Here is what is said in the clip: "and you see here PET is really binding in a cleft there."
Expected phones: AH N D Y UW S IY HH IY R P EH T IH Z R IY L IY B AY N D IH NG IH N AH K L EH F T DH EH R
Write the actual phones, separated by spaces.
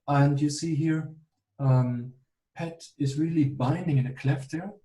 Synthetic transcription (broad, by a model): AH N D Y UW S IY HH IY R P EH T IH Z R IY L IY B AY N D IH NG IH N AH K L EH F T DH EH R